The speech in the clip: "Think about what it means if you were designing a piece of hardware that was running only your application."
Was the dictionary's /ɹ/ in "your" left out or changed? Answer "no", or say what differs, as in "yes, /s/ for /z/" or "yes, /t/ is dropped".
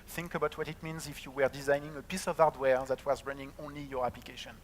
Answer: no